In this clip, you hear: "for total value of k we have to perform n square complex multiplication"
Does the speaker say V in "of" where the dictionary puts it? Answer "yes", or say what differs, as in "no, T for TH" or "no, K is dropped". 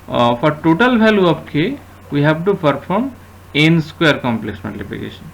no, P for V